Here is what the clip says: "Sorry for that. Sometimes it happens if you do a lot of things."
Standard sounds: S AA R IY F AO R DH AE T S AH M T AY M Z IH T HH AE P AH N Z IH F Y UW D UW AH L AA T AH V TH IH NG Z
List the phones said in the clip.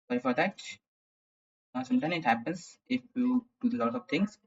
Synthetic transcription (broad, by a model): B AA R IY F AO R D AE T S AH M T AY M IH T HH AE P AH N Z IH F Y UW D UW AH L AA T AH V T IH NG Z